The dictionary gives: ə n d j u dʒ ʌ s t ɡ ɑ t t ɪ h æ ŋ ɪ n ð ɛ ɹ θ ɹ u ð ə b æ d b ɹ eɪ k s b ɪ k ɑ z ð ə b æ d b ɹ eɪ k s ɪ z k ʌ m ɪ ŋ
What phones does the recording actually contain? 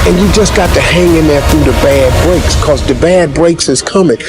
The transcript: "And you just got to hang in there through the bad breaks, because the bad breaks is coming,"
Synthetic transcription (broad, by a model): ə n j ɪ dʒ ʌ s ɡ ɑ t t ɪ h æ ŋ ɪ n ð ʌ ɹ θ ɹ u ð ə b æ d b ɹ eɪ k s k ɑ z ð ə b æ d b ɹ eɪ k s ɪ z k ʌ m ɪ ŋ